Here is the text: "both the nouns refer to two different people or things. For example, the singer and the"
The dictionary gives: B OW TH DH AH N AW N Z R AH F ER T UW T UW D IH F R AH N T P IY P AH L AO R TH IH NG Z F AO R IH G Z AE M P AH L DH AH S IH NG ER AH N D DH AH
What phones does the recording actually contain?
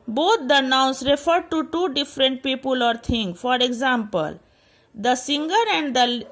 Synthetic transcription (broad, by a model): B OW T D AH N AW N S R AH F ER T UW T UW D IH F R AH N T P IY P AH L AO R T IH NG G F AO R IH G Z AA M P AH L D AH S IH NG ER AH N D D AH